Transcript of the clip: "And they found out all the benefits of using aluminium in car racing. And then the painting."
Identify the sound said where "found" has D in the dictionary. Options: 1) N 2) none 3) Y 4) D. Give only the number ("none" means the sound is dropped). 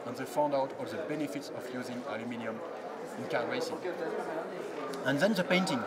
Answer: 4